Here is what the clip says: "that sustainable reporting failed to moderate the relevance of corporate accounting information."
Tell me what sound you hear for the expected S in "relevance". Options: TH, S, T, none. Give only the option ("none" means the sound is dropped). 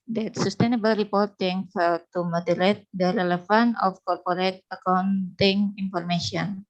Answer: none